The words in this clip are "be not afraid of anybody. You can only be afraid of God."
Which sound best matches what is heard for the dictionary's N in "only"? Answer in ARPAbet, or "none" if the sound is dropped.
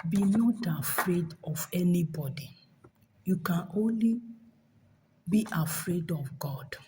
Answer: N